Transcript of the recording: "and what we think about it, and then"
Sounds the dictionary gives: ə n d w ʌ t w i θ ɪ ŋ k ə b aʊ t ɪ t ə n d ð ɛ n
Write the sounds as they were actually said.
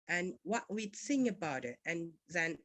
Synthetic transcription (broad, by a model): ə n w ʌ t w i s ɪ ŋ ə b aʊ t ɪ t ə n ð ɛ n